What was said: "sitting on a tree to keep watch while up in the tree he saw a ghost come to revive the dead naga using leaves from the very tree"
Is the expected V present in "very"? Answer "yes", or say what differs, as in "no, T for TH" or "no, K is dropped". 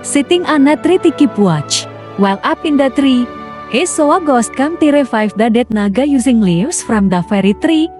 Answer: no, F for V